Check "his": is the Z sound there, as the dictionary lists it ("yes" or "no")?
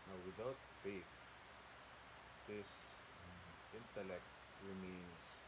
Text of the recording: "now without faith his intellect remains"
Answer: no